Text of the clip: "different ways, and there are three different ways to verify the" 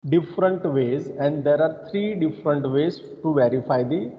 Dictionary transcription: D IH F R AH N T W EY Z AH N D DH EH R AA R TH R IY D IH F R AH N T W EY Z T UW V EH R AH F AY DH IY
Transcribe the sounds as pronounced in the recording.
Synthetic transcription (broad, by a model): D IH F R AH N T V EY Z AH N D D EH R AA R T R IY D IH F R AH N T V EY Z T UW V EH R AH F AY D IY